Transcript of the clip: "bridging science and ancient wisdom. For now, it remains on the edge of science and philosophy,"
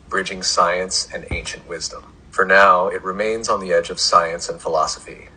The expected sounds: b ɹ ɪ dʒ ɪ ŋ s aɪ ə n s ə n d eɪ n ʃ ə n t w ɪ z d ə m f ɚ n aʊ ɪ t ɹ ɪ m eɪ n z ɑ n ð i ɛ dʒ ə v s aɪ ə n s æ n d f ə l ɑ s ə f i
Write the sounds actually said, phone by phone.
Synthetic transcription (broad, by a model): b ɹ ɪ dʒ ɪ ŋ s aɪ ə n s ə n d eɪ n ʃ ə n t w ɪ z d ə m f ɚ n aʊ ɪ t ɹ ɪ m eɪ n z n ð i ɛ dʒ ə v s aɪ ə n s n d f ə l ɑ s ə f i